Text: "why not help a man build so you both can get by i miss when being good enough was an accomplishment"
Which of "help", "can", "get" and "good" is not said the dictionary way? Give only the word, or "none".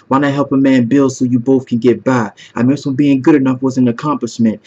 none